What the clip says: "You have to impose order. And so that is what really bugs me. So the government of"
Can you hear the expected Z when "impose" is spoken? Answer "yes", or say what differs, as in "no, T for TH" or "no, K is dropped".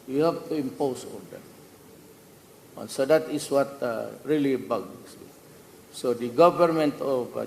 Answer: no, S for Z